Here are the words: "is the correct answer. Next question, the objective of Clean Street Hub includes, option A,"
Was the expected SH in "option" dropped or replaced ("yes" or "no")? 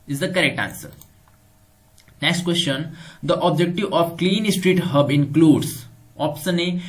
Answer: yes